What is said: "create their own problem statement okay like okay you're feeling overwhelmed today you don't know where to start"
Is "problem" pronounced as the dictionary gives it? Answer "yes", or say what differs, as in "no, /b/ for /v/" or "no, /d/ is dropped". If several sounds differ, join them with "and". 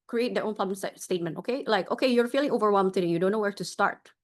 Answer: no, /l/ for /ɹ/